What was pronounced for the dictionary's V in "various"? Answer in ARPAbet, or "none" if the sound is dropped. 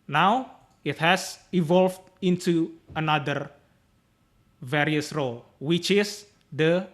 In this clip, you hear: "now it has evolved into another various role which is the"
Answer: V